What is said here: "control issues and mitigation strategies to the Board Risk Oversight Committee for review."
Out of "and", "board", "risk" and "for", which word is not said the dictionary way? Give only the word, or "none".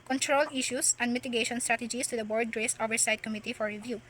risk